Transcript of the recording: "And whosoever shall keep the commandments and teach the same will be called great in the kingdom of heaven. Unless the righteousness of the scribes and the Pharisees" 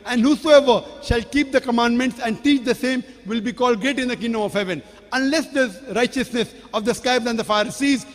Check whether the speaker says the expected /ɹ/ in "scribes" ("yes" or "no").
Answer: no